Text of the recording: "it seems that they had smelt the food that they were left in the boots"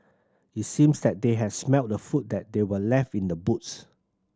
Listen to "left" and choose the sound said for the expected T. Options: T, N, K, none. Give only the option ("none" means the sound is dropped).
T